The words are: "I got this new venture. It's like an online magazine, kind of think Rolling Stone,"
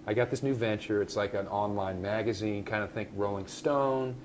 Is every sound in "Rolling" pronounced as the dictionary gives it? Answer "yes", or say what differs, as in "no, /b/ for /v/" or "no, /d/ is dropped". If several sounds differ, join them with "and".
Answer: yes